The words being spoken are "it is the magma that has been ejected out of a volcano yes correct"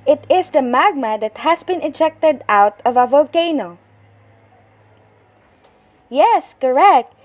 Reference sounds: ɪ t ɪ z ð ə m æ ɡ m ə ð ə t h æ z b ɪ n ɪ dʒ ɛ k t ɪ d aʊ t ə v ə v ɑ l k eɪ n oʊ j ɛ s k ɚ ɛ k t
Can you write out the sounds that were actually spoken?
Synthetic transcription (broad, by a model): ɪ t ɪ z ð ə m æ ɡ m ə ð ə t h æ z b ɪ n ɪ dʒ ɛ k t ɪ d aʊ t ə v ə v ɑ l k eɪ n oʊ j ɛ s k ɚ ɛ k t